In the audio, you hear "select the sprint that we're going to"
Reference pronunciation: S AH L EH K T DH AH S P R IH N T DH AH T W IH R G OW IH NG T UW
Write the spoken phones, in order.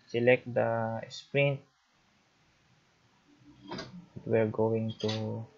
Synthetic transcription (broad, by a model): S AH L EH K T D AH S P R IH N T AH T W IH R G OW IH NG T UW